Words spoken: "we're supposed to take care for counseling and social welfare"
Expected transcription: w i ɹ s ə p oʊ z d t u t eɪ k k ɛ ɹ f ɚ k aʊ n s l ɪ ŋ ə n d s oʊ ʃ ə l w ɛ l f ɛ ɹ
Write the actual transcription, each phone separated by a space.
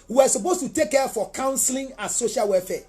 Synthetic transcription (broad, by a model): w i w s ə p oʊ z t u t eɪ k k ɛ f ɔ k aʊ n s l ɪ ŋ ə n s oʊ ʃ ə l w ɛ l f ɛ